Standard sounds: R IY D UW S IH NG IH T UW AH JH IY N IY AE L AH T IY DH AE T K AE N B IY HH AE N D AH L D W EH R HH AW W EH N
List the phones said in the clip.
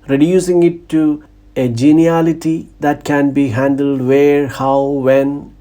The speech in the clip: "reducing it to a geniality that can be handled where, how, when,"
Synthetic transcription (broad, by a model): R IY D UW S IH NG IH T UW AH JH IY N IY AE L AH T IY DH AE T K AE N B IY HH AE N D AH L D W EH R HH AW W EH N